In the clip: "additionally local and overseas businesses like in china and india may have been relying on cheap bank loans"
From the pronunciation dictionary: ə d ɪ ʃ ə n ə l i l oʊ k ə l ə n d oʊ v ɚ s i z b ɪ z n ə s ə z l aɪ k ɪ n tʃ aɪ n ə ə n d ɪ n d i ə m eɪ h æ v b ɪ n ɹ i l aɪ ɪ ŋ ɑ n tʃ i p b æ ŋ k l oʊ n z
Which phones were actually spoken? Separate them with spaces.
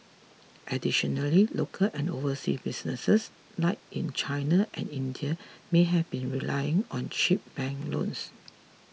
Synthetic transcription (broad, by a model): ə d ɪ ʃ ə n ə l i l oʊ k ə l ə n d oʊ v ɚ s i b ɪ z n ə s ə s l aɪ k ɪ n tʃ aɪ n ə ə n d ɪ n d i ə m eɪ h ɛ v b ɪ n ɹ i l aɪ ɪ ŋ ɑ n ʃ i p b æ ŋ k l oʊ n s